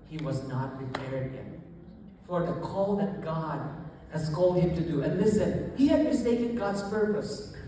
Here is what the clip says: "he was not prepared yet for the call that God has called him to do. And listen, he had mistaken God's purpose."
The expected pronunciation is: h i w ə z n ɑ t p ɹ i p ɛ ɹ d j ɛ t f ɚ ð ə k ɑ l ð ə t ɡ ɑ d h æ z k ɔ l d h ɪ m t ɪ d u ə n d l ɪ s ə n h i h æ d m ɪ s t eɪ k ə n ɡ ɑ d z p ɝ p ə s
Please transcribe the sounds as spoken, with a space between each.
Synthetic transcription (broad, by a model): h i w ə z n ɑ t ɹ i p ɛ ɹ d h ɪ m f ɚ ð ə k ɑ l ð ə t ɡ ɑ d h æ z k ɔ l d h ɪ m t ɪ d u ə n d l ɪ s ə n h i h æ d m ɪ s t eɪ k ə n ɡ ɑ d z p ɝ p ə s